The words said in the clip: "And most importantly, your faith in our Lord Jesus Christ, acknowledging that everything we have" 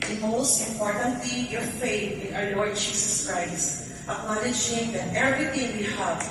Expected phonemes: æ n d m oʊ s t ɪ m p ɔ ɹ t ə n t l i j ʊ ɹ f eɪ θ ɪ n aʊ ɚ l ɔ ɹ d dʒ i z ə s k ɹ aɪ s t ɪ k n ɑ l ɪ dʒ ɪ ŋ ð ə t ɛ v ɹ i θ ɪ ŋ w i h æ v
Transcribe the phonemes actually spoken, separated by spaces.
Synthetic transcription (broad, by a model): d m oʊ s t ɪ m p ɔ ɹ t ə n t l i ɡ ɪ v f eɪ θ ɪ n aʊ ɚ l ɔ ɹ d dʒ i s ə s k ɹ aɪ s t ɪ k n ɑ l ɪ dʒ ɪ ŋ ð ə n ɛ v ɹ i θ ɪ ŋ w i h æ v